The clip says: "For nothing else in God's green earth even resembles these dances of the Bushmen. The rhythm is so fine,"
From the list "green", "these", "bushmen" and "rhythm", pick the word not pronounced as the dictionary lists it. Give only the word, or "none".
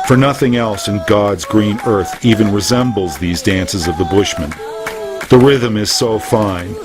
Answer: none